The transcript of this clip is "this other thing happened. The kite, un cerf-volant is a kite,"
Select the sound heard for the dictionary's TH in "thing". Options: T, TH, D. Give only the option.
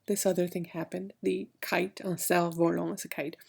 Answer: TH